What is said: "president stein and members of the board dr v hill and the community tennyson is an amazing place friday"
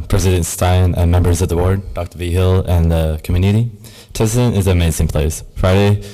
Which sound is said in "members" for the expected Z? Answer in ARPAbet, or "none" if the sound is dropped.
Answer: Z